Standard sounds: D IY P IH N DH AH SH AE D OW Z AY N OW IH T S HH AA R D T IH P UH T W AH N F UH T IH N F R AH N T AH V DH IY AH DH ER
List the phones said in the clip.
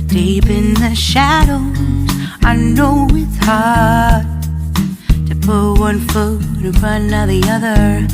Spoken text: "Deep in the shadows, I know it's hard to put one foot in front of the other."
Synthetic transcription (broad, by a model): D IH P IH N DH AH SH AE D OW Z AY N OW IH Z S HH AA R D T IH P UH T W AH N F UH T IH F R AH N AH DH IY AH DH ER